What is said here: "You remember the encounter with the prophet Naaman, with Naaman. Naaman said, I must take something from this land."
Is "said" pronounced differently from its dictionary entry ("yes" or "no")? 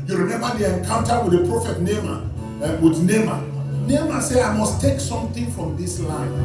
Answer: yes